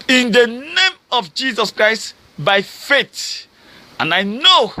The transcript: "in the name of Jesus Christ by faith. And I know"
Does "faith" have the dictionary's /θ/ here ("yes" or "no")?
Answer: no